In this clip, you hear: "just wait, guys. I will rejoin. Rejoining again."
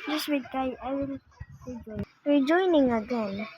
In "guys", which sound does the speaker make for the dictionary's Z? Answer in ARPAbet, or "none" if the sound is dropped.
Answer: none